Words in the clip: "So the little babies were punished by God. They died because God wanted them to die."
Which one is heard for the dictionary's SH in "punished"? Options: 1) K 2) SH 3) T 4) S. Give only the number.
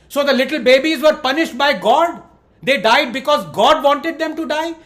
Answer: 2